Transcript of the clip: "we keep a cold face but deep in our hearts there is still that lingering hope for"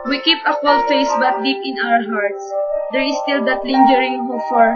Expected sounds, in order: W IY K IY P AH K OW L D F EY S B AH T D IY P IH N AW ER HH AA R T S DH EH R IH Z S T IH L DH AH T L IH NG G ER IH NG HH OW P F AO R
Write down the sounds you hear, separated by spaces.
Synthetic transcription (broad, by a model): W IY K IY P AH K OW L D F EY S B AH T D IY P IH N AW ER HH AA R T S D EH R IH S T IH L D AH T L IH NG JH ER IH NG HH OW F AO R